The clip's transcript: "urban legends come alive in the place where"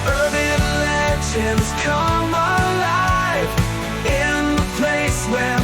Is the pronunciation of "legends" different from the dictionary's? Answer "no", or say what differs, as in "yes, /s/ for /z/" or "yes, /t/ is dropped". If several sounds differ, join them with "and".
yes, /ʃ/ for /dʒ/